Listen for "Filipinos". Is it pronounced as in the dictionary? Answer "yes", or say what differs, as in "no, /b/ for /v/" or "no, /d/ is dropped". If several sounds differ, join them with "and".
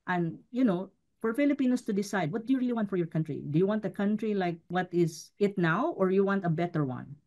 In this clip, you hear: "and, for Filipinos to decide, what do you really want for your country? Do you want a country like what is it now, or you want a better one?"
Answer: no, /s/ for /z/